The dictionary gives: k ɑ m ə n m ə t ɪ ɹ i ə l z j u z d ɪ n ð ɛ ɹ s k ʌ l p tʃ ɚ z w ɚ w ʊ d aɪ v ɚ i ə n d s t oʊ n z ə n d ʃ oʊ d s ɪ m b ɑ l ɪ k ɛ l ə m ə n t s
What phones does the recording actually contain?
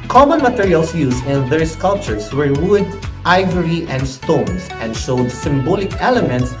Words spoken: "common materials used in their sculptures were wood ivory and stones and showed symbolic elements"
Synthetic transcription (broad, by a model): k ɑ m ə n m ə t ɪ ɹ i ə l s j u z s ɪ n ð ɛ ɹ s k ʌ l p tʃ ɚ s w ɚ w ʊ d aɪ v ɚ i ə n d s t oʊ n s ə n d ʃ oʊ d s ɪ m b ɑ l ɪ k ɛ l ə m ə n t s